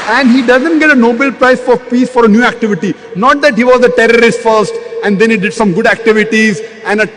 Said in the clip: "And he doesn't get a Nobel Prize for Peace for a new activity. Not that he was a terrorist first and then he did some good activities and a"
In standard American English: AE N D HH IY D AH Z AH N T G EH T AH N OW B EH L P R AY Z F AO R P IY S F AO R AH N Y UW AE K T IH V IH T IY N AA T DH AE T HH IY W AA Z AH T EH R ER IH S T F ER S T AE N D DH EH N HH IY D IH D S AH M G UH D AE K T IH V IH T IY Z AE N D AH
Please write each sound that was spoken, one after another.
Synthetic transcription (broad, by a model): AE N D HH IY D AH Z AH N T G EH T AH N OW B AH L P R AY S F AO R P IY S F AO R AH N Y UW AE K T IH V IH T IY N AA T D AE T HH IY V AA Z AH T EH R ER IH S T F ER S T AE N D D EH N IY D IH D S AH M G UH D AE K T IH V IH T IY Z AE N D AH